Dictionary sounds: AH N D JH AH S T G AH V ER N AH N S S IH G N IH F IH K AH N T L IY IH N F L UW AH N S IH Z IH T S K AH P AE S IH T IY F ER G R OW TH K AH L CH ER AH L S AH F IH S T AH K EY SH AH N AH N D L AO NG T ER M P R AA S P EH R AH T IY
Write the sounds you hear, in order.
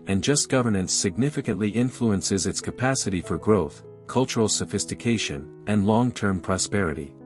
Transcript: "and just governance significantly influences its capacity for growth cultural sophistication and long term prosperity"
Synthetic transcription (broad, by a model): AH N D JH AH S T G AH V ER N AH N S S IH G N IH F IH K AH N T L IY IH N F L UW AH N S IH Z IH T S K AH P AE S IH T IY F ER G R OW TH K AH L CH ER L S AH F IH S T AH K EY SH AH N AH N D L AO NG T ER M P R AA S P EH R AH T IY